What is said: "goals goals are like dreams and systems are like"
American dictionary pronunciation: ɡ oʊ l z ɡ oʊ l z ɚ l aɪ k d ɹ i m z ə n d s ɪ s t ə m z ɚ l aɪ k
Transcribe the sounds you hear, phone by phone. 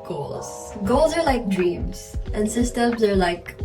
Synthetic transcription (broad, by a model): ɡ oʊ l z ɡ oʊ l z ɚ l aɪ k d ɹ i m z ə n s ɪ s t ə m z ɚ l aɪ k